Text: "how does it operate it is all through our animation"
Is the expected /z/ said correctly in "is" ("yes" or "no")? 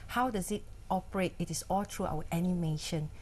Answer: no